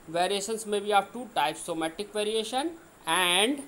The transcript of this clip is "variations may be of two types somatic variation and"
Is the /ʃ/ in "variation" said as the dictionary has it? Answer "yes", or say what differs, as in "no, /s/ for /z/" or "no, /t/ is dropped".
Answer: yes